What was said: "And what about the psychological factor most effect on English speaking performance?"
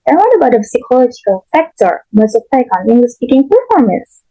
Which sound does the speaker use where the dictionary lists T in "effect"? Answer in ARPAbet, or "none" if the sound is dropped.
none